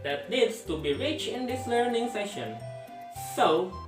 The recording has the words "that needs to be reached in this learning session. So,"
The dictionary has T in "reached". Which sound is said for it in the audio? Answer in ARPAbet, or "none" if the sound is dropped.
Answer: none